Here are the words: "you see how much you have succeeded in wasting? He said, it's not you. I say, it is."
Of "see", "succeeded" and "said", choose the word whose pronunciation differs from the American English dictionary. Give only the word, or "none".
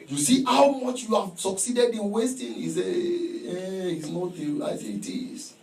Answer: said